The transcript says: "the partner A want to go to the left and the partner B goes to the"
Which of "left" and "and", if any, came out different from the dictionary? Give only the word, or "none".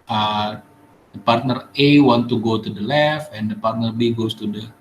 left